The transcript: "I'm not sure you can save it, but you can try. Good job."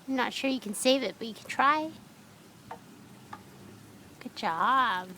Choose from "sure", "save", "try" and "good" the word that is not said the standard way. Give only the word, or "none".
none